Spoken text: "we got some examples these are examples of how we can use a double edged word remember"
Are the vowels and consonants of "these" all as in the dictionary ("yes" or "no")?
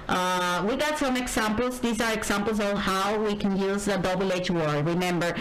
yes